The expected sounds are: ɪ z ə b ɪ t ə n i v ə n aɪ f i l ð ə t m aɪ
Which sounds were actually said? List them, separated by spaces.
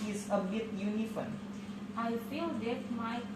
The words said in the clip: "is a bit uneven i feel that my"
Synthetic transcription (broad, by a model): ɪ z ə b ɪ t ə n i f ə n aɪ f i l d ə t m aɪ